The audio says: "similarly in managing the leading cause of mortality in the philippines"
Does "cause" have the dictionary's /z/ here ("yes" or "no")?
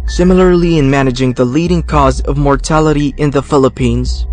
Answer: yes